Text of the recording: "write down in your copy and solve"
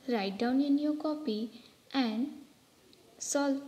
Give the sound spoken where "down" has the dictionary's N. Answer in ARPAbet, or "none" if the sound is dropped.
N